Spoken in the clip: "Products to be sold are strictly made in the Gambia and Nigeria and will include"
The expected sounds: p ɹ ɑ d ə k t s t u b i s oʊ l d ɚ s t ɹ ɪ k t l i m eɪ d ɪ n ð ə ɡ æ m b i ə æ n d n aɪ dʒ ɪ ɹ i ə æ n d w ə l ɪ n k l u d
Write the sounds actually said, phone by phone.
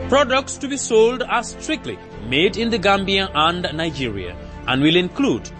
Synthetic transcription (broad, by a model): p ɹ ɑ d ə k t s t u b i s oʊ l d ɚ s t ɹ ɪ k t l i m eɪ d ɪ n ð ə ɡ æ m b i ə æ n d n aɪ dʒ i ɹ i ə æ n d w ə l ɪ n k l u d